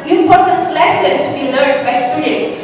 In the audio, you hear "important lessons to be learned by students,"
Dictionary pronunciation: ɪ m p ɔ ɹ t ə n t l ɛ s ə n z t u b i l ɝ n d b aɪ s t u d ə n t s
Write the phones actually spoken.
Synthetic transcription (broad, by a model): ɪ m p ɔ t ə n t l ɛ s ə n t u b i l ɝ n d b aɪ s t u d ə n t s